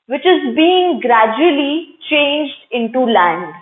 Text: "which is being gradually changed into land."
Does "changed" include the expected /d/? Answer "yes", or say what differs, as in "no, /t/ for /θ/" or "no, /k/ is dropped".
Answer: yes